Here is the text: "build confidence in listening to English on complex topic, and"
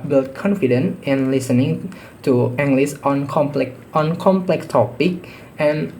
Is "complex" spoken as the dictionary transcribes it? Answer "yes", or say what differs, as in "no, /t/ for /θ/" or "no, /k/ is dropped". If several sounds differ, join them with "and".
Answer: yes